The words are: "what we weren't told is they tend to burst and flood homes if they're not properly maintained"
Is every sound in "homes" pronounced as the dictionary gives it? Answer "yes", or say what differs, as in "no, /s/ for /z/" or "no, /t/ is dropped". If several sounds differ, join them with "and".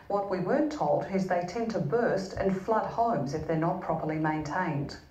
yes